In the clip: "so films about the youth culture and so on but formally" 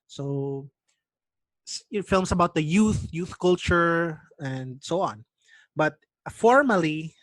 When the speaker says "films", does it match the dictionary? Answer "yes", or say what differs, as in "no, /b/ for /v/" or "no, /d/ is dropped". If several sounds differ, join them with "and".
no, /s/ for /z/